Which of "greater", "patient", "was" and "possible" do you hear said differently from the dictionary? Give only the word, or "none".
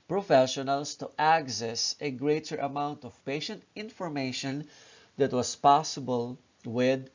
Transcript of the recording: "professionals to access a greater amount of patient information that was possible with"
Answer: was